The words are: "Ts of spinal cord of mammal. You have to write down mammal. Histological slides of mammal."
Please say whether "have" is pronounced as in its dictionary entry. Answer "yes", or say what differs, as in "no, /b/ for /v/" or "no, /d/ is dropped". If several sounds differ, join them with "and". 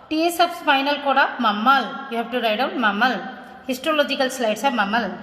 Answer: no, /p/ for /v/